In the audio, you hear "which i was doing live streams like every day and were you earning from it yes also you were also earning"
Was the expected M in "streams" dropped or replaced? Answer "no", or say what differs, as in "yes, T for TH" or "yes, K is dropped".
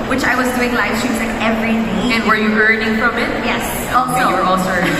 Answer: yes, M is dropped